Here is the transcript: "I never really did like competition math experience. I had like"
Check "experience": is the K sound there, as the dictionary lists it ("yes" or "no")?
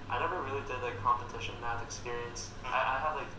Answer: yes